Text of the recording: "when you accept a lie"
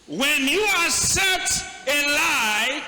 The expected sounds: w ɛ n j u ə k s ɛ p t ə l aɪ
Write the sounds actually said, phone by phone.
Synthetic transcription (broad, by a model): w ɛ n j u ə s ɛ t ə l aɪ